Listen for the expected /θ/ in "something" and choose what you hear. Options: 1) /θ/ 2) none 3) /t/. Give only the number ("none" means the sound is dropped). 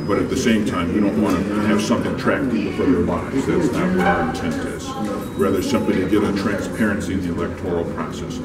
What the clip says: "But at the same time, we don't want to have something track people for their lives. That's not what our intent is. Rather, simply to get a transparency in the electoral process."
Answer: 1